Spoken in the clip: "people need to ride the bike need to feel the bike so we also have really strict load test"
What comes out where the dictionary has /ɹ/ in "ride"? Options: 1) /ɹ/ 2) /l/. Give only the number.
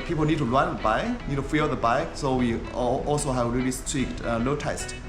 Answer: 2